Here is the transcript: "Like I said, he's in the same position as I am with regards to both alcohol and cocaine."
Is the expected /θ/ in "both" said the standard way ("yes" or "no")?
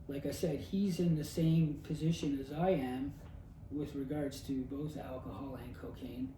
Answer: yes